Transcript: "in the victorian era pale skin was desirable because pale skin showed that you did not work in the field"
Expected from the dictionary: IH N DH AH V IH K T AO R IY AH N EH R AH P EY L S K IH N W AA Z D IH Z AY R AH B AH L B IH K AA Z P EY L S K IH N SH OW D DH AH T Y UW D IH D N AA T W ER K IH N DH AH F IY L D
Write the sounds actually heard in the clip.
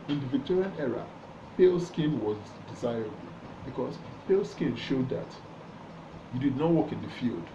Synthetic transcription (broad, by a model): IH N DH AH V IH K T AO R IY AH N EH R AH P EY L S K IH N W AA Z D IH Z AY R AH B AH L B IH K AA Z P EY L S K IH N SH OW D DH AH T Y UW D IH D N AA T W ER K IH N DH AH F IY L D